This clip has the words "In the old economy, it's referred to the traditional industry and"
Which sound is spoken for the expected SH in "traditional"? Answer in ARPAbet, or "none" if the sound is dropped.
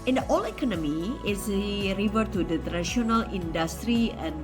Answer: none